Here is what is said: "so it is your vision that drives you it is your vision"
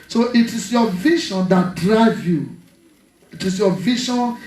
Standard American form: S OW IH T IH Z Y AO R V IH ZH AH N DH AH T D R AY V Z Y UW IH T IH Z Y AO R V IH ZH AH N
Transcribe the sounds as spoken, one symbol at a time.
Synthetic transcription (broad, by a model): S OW IH T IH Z Y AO V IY SH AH N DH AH T D R AY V Y UW IH T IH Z Y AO V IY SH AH N